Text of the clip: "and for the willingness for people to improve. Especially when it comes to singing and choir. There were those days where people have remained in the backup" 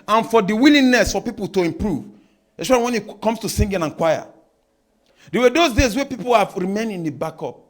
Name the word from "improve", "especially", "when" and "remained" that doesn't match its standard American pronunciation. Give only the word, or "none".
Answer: especially